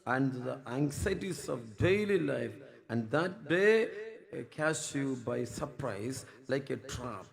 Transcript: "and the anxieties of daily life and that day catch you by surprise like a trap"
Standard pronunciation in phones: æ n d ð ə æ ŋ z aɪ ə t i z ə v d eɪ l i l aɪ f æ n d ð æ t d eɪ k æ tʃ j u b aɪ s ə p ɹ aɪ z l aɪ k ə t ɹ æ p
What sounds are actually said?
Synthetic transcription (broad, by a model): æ n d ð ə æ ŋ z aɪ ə t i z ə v d eɪ l i l aɪ f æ n d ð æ t d eɪ k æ s j u b aɪ s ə p ɹ aɪ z l aɪ k ə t ɹ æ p